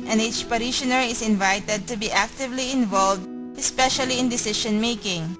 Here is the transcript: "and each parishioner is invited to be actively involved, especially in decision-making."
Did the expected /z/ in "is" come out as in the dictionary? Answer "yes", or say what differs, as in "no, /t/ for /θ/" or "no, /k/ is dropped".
no, /s/ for /z/